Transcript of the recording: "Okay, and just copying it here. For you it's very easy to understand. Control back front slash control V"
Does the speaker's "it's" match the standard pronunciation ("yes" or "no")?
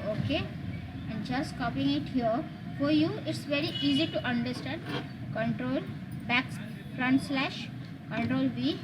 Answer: yes